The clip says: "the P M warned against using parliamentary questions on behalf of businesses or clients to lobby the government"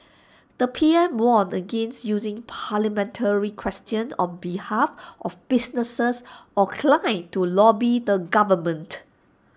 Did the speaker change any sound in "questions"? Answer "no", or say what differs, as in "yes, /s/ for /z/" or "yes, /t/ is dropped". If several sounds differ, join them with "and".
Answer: yes, /z/ is dropped